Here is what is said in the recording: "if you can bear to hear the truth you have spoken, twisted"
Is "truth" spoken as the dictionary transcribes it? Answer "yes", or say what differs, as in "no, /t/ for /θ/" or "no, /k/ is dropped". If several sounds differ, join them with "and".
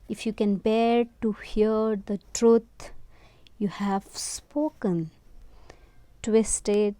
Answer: no, /t/ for /θ/